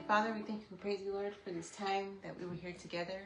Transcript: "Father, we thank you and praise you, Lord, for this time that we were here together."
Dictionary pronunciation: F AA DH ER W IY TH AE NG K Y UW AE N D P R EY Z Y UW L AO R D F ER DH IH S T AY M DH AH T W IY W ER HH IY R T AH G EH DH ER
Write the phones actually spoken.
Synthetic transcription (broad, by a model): F AA DH ER W IY TH AE NG K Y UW P R EY Z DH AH L AO R D F ER DH IH S T AY M DH AH T W IY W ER HH IY R T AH G EH DH ER